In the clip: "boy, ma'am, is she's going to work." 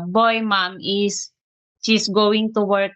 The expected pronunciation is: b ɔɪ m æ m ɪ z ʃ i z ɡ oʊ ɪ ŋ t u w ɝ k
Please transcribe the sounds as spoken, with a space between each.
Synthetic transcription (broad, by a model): b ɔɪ m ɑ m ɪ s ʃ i s ɡ oʊ ɪ ŋ t u w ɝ k